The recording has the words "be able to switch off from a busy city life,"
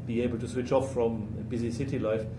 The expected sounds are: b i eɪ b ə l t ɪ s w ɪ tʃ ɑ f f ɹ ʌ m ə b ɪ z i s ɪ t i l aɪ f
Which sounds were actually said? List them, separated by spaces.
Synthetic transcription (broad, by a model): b i eɪ b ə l t ɪ s w ɪ tʃ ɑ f f ɹ ʌ m ə b ɪ z i s ɪ t i l aɪ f